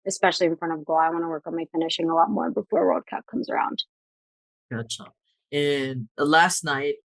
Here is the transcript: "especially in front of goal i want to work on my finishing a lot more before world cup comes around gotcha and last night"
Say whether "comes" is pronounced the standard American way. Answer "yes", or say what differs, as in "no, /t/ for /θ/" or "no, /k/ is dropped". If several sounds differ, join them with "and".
yes